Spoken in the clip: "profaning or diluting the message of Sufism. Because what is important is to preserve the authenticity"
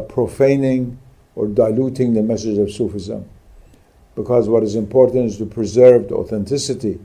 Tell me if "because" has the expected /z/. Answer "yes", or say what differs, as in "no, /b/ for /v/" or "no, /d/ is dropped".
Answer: yes